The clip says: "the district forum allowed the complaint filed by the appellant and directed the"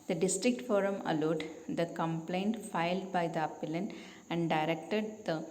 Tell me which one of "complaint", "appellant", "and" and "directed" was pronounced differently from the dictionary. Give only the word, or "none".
appellant